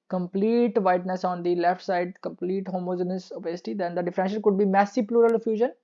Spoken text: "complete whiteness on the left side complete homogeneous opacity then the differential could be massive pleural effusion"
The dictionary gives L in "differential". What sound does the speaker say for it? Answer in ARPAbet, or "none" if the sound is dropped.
N